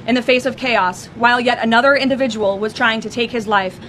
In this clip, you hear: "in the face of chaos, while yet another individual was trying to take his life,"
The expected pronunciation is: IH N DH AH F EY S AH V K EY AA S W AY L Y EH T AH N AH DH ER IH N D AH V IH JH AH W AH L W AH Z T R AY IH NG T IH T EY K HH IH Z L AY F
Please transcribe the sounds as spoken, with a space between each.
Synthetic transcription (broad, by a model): IH N DH AH F EY S AH V K EY AA S W AY L Y EH T AH N AH DH ER IH N D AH V IH JH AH W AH L W AH Z T R AY IH NG T IH T EY K HH IH Z L AY F